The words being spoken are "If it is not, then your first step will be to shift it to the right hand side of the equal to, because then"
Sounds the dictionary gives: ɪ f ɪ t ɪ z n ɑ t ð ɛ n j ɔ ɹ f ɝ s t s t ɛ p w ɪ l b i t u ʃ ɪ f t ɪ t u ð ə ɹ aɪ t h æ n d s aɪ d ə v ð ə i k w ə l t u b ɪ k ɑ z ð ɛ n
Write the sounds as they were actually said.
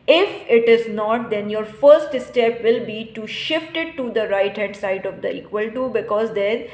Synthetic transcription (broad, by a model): ɪ f ɪ t ɪ z n ɑ t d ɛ n j ɔ ɹ f ɝ s t s t ɛ p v ɪ l b i t u ʃ ɪ f t ɪ t u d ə ɹ aɪ t h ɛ d s aɪ d ə v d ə i k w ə l t u b ɪ k ɑ z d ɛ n